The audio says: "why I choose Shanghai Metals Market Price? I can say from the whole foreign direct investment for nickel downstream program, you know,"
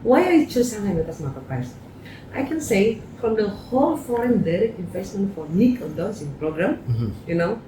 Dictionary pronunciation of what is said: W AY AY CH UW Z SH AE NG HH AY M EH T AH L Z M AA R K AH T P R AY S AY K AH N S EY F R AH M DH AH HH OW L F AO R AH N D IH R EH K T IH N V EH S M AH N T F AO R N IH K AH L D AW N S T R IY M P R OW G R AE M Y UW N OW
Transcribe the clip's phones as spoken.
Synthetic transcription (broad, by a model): W AY AY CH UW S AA HH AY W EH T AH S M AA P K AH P AY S AY K AH N S EY F R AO M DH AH HH OW L F AO R AH N D IH R EH K T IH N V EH S M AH N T F AO R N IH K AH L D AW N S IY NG P R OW G R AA M Y UW N OW